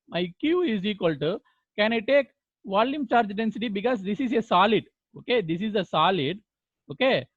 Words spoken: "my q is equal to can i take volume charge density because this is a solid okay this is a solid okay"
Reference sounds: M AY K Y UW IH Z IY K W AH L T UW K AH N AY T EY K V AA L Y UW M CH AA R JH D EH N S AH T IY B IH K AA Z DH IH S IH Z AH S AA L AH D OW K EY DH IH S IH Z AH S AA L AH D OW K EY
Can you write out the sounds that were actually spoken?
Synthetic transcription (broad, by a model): M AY K Y UW IH Z IY K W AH L T UW K AH N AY T EY K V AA L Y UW M CH AA R JH D EH N S AH T IY B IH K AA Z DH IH S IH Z AH S AA L AH D OW K EY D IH S IH Z AH S AA L AH D OW K EY